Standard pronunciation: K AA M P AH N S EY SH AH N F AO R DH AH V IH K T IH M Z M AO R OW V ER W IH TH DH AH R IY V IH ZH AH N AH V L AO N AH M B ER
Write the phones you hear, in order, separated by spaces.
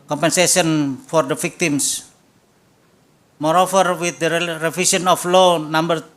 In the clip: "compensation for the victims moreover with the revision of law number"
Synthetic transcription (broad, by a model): K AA M P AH N S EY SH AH N F AO R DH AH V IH K T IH M S M AO R OW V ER W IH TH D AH R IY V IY S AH N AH F L AO N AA M B ER